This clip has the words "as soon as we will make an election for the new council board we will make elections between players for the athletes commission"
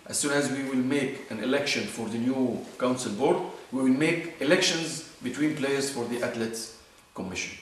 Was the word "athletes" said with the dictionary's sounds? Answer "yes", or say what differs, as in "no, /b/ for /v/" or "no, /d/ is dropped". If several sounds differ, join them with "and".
no, /t/ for /θ/